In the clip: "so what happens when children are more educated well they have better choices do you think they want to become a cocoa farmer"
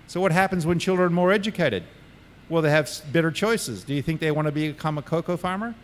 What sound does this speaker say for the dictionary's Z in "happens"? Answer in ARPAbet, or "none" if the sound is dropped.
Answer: Z